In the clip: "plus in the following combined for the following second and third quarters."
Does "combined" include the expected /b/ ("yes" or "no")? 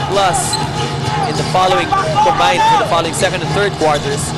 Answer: no